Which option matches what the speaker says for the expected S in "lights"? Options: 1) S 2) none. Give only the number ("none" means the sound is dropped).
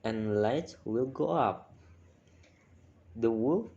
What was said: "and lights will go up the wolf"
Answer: 2